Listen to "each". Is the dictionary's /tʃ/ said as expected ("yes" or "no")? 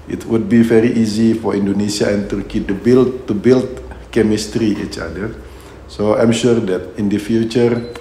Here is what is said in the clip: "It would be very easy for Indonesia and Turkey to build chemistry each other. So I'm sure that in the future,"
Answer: yes